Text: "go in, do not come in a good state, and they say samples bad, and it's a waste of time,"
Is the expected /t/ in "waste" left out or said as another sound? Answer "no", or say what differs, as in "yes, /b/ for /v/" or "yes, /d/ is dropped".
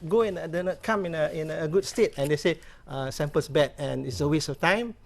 yes, /t/ is dropped